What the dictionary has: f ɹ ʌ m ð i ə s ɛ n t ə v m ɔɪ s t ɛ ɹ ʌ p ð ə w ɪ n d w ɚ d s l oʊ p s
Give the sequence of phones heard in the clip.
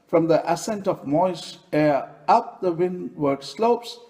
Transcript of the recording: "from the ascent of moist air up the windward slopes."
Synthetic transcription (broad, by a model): f ɹ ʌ m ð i ə s ɛ n t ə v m ɔɪ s ɛ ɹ ʌ p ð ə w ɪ n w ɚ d s l oʊ p s